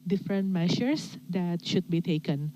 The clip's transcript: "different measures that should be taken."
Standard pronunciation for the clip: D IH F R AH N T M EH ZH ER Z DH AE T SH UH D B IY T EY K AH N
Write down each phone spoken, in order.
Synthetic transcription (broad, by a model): D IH F R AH N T M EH SH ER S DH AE T SH UH D B IY T EY K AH N